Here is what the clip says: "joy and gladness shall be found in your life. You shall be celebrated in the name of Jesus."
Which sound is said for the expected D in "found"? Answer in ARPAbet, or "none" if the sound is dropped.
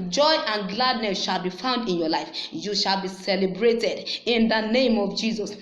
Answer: D